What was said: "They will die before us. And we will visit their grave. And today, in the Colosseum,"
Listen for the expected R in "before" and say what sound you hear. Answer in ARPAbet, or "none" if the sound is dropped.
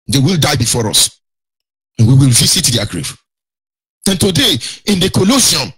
R